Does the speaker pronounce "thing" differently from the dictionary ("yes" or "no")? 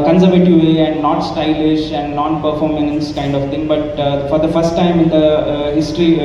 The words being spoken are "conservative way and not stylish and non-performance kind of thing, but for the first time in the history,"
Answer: yes